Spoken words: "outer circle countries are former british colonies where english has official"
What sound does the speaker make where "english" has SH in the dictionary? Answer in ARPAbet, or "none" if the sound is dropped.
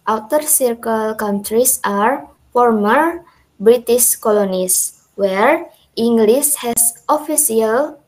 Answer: S